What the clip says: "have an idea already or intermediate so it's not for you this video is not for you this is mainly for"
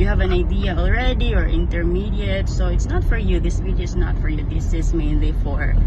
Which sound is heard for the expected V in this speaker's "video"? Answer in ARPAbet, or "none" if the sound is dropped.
W